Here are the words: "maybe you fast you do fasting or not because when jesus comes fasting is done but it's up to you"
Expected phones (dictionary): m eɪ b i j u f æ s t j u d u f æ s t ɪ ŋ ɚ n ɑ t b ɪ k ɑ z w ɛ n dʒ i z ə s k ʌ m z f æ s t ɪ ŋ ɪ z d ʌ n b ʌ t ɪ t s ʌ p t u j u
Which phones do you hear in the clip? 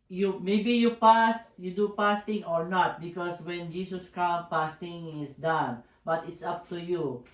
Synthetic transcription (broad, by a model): m eɪ b i j u p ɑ s j u d u p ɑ s t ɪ ŋ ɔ n ɑ t b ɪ k ɑ s w ɛ n dʒ i s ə s k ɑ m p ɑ s t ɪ ŋ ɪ s d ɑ n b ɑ t ɪ t s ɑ p t u j u